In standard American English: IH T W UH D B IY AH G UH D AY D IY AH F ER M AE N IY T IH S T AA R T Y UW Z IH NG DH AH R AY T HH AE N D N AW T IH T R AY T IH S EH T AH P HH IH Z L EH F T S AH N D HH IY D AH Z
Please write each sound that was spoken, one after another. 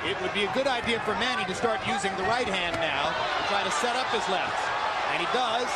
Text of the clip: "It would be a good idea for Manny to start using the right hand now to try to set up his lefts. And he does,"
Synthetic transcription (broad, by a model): IH T W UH D B IY AH G UH D AY D IY AH F ER M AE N IY T IH S T AA R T Y UW Z IH NG DH AH R AY T HH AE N N AW T IH T R AY T IH S EH T AH P HH IH Z L EH F T S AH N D IY D AH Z